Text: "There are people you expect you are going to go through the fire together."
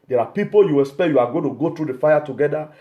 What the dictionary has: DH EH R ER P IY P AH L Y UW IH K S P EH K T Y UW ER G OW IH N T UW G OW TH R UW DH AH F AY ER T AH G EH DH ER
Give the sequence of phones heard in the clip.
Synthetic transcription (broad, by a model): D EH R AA P IY P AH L Y UW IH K S P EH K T Y UW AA G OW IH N T UW G OW T R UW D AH F AY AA T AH G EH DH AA